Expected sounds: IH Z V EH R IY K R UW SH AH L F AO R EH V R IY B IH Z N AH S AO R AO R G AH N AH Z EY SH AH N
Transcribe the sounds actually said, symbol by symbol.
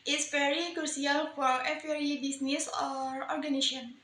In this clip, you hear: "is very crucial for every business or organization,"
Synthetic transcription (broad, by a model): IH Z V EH R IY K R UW S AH L F AO R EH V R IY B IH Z N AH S AO R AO R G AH N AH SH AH N